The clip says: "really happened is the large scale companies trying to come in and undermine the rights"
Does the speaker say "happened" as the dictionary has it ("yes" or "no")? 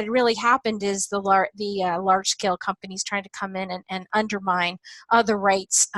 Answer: yes